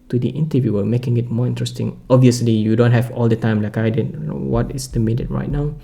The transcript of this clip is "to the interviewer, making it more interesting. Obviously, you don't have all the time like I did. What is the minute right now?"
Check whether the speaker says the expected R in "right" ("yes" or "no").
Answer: yes